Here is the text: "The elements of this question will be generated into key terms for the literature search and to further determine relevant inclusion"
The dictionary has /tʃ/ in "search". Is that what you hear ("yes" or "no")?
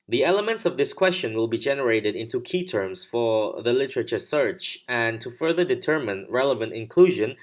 yes